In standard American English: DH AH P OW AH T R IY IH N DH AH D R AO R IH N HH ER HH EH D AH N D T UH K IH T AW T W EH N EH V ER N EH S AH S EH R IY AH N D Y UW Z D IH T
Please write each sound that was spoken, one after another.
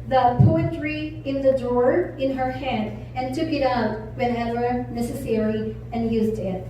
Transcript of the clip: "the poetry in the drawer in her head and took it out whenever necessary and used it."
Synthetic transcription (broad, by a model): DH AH P OW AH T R IY IH N DH AH D AO R IH N HH ER HH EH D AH N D T UH K IH T AW T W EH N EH W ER N EH S AH S EH R IY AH N Y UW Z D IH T